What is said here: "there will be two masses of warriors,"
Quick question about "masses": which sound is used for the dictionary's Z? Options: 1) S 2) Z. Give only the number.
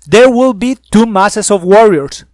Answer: 1